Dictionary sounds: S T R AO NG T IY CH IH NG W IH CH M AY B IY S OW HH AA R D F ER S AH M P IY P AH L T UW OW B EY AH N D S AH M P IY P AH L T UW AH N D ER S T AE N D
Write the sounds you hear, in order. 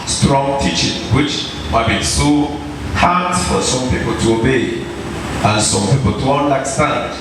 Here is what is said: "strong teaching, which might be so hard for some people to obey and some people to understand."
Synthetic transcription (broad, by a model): S T R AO NG T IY CH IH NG W IH CH M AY B IY S OW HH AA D F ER S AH M P IY P AH L T UW OW B EY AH N S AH M P IY P AH L T UW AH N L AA S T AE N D